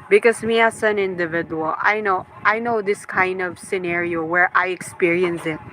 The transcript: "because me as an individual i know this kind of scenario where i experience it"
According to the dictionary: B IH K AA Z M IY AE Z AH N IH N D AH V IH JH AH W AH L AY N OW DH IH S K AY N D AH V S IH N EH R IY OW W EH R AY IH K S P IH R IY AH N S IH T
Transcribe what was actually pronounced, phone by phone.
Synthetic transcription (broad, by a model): B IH K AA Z M IY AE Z AH N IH N D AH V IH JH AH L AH N AY N OW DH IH S K AY N D AH V S IH N EH R IY OW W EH R AY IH K S P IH R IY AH N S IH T